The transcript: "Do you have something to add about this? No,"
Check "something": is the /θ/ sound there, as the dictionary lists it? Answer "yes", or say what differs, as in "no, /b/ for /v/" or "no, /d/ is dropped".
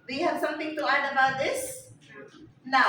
no, /t/ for /θ/